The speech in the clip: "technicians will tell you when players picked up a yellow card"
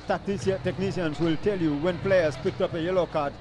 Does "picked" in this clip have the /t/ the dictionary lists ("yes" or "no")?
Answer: yes